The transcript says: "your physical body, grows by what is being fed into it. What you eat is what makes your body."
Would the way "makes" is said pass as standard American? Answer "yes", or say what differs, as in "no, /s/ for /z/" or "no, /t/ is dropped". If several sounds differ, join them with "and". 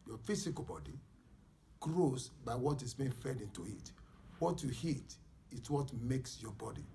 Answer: yes